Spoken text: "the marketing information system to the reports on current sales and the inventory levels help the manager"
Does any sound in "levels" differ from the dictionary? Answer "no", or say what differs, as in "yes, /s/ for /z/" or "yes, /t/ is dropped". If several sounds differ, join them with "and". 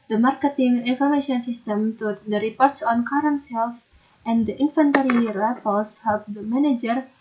yes, /p/ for /v/ and /s/ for /z/